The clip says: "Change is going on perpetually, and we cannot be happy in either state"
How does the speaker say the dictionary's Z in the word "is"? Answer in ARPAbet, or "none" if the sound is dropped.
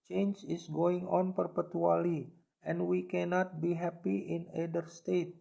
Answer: S